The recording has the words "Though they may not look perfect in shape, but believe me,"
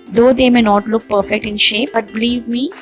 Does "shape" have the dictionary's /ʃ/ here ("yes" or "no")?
yes